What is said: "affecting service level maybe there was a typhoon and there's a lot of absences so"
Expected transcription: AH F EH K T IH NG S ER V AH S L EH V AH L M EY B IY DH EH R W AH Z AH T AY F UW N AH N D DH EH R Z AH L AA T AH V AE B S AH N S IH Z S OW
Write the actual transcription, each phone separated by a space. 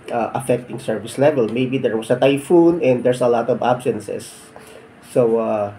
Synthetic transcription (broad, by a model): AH F EH K T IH NG S ER V AH S L EH V AH L M EY B IY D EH R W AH S AH T AY F UW N AH N D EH R S AH L AA T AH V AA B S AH N S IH S OW